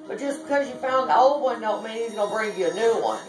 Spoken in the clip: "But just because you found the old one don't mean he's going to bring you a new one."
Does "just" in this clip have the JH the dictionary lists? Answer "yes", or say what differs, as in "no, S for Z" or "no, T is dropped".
no, ZH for JH